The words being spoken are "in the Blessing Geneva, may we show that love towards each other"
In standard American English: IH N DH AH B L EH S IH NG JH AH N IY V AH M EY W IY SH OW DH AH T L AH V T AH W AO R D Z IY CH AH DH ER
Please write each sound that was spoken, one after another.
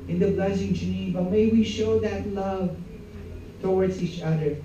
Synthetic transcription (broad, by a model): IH N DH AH B L EH S IH NG JH AH N IY V AH M EY W IY SH OW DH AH T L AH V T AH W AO R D S IY CH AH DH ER